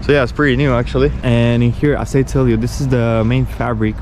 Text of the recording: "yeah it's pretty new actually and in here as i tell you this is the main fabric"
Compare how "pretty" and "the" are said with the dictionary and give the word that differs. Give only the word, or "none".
none